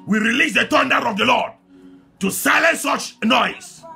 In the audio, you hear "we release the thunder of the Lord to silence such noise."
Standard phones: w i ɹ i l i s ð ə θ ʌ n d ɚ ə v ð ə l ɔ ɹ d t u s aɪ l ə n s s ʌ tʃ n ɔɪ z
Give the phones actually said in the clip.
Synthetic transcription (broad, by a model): w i ɹ i l i s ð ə t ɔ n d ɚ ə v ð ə l ɔ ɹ d t u s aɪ l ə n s s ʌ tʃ n ɔɪ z